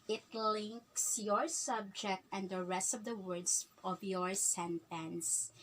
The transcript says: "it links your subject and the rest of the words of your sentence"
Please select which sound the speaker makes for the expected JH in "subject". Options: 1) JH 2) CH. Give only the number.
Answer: 1